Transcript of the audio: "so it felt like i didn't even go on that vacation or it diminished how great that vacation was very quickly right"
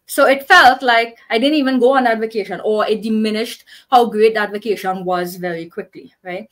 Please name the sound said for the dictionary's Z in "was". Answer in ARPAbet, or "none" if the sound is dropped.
Z